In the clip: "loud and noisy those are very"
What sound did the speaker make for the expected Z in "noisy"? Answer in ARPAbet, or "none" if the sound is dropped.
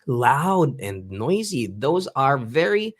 Z